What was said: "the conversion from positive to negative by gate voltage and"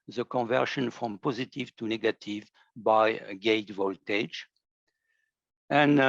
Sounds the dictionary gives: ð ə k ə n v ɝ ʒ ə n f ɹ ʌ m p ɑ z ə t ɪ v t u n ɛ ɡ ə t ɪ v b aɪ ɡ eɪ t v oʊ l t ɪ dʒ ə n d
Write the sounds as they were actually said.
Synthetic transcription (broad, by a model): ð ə k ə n v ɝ ʃ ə n f ɹ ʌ m p ɑ z ə t ɪ v t u n ɛ ɡ ə t ɪ v b aɪ ɡ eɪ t v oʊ l t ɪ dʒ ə n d